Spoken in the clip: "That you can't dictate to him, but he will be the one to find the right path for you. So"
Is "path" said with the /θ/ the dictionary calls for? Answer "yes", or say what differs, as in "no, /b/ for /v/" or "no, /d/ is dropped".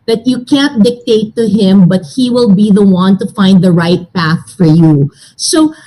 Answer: yes